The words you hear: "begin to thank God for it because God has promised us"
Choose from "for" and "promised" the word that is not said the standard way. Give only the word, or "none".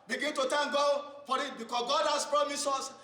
promised